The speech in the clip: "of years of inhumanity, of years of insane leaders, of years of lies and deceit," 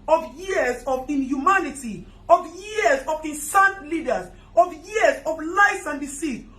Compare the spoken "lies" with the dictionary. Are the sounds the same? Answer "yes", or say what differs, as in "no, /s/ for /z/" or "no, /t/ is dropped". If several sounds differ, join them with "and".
no, /s/ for /z/